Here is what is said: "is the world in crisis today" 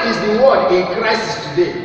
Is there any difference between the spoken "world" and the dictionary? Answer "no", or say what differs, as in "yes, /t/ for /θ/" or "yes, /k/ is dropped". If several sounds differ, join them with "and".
yes, /l/ is dropped